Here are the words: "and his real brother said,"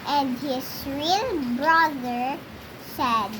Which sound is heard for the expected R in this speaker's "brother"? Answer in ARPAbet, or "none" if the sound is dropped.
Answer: R